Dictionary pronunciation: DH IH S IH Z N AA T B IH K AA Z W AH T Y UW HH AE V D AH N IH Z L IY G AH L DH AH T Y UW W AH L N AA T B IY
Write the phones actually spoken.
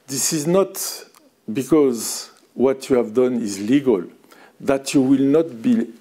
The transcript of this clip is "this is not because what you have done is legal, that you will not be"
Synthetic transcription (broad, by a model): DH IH S IH Z N AA T B IH K AA Z W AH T Y UW HH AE V D AH N IH Z L IY G AH L DH AH T Y UW W AH L N AA T B IY